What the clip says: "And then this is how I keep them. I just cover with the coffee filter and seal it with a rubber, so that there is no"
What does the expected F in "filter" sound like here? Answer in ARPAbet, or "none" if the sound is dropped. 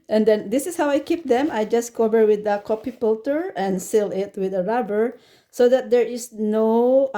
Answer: P